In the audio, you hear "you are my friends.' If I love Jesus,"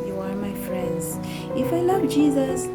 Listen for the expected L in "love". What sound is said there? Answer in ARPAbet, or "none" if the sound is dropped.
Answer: L